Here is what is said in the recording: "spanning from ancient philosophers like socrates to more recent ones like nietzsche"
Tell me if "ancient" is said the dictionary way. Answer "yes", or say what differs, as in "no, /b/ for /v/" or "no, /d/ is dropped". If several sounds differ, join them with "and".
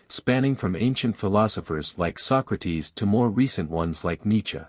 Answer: yes